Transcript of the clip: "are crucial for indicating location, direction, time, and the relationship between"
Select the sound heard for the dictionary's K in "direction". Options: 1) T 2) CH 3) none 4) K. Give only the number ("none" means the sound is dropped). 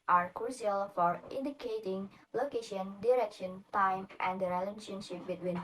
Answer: 4